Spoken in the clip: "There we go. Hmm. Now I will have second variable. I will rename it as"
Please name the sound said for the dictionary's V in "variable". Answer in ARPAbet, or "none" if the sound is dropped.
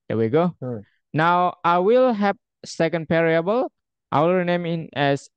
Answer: P